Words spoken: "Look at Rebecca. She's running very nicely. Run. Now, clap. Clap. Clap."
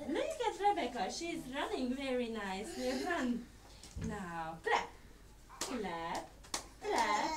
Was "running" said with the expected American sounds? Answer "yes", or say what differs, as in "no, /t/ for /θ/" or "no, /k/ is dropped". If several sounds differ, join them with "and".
yes